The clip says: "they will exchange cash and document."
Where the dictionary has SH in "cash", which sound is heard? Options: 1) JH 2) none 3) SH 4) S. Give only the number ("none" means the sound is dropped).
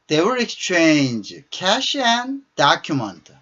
3